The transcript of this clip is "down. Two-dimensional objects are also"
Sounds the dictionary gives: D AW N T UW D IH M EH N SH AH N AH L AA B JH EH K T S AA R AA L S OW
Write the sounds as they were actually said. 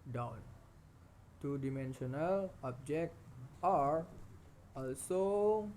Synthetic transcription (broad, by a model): D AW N T UW D IH M EH N SH AH N AH L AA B JH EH K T AA R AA L S OW